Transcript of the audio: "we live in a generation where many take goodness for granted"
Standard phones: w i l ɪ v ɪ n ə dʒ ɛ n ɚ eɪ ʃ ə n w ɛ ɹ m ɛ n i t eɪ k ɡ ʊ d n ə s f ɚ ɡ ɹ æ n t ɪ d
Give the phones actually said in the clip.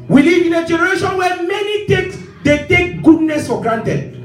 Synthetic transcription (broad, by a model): w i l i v ɪ n ə dʒ ɛ n ɚ eɪ ʃ ə n w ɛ m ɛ n i t eɪ k ɡ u d n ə s f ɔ ɡ ɹ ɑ n t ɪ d